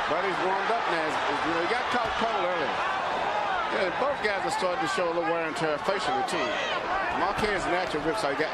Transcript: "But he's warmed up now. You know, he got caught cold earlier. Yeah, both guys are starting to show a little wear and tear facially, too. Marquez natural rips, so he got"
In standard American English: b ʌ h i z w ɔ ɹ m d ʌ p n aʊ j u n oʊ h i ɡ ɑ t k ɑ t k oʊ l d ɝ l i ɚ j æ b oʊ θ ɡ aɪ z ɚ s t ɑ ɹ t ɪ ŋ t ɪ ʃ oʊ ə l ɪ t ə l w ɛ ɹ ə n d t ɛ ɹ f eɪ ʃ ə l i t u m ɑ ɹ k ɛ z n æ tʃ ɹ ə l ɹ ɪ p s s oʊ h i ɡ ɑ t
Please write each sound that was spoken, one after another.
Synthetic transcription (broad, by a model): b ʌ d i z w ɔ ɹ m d ʌ p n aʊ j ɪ n oʊ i ɡ ɑ t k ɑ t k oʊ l ɝ l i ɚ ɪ b oʊ θ ɡ aɪ z ɚ s t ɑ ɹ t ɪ t ɪ ʃ oʊ ə l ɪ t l w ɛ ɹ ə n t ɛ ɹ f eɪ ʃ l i t u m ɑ k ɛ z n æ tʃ ə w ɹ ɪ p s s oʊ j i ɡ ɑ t